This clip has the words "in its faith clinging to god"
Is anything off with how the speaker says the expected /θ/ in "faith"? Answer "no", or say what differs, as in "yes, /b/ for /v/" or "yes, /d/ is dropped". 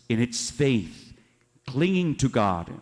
no